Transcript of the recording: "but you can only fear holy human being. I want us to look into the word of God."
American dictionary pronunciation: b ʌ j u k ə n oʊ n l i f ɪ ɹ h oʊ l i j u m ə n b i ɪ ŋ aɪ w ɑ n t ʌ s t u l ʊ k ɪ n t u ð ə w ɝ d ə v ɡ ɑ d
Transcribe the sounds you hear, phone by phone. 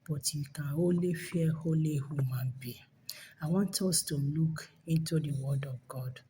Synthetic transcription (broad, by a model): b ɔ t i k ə oʊ l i f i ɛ h oʊ l i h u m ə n b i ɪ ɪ w ɑ n t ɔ s t u l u k ɪ n t u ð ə w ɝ d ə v ɡ ɑ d